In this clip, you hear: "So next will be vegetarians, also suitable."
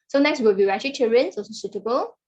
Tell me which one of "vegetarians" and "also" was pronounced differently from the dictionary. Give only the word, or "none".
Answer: vegetarians